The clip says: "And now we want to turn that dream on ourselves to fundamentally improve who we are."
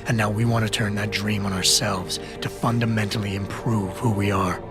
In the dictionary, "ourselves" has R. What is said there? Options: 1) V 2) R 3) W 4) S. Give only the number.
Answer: 2